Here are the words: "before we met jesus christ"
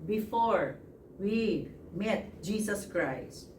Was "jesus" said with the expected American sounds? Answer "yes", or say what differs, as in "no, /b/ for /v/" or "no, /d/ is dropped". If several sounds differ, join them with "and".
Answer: no, /s/ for /z/